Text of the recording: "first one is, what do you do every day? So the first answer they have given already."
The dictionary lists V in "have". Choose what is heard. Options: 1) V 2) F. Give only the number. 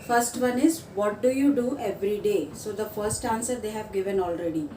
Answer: 1